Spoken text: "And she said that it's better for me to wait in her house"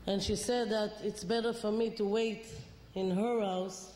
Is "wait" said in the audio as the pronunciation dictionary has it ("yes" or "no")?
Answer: yes